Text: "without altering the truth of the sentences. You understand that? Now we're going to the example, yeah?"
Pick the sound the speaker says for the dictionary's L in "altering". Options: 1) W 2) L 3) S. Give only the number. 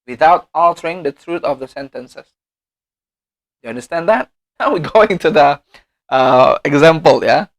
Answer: 2